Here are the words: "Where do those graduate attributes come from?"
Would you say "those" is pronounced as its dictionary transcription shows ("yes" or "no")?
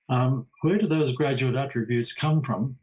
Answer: yes